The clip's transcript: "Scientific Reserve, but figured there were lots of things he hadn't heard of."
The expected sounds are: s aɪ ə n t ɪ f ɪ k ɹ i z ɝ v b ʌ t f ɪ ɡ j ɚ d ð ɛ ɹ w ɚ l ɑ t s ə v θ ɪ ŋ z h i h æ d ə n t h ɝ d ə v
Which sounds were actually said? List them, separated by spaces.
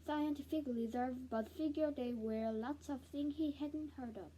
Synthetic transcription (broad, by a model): s aɪ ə n t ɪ f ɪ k l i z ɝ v b ʌ t f ɪ ɡ j ɚ d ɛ w ɚ l ɑ t s ə v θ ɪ ŋ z h i h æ d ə n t h ɝ d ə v